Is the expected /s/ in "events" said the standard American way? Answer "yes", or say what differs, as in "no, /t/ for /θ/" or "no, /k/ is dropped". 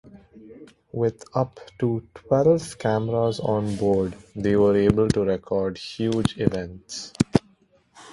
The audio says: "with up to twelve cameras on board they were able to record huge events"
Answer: yes